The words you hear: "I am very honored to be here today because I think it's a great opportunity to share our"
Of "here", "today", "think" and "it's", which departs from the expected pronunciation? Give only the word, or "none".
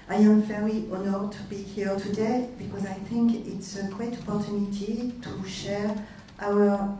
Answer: none